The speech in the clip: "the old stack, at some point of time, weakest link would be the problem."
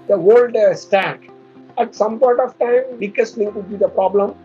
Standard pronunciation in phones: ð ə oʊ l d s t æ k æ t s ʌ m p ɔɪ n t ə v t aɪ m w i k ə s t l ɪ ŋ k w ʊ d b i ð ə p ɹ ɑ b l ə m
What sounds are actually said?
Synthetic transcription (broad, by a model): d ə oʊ l d s t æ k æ t s ʌ m p ɔɪ n t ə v t aɪ m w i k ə s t n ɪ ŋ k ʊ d b i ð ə p ɹ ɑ b l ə m